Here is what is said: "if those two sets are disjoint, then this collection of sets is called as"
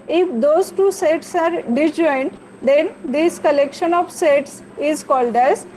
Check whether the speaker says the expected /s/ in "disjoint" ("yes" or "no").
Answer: no